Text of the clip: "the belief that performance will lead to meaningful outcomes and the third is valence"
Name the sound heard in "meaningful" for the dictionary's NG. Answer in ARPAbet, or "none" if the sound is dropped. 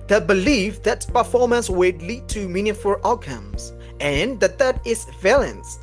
none